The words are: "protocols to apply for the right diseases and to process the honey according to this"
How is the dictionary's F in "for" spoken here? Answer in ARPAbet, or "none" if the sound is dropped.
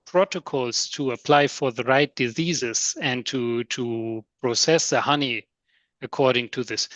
F